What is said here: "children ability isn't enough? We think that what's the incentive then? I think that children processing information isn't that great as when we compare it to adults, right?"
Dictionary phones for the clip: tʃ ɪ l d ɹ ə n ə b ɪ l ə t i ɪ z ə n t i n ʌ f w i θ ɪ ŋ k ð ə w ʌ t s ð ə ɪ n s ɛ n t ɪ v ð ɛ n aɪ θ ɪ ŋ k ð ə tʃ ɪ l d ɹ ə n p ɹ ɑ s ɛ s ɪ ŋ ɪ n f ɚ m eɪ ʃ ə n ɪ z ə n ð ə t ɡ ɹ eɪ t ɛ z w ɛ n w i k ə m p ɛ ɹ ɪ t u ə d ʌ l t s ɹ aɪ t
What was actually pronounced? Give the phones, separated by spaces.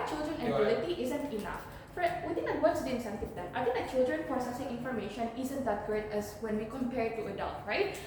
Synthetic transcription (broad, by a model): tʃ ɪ l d ɹ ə n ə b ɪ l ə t i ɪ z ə n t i n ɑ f w i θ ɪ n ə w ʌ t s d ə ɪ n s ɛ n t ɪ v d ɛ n aɪ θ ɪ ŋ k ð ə tʃ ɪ l d ɹ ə n p ɹ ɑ s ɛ s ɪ ŋ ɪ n f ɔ m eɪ ʃ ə n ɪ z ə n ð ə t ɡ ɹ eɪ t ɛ s w ɛ n w i k ə m p ɛ ɹ t u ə d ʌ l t ɹ aɪ t